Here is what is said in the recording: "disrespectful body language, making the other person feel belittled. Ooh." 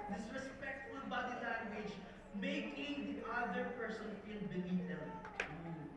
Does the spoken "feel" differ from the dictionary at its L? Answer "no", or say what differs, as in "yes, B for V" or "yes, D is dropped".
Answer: yes, N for L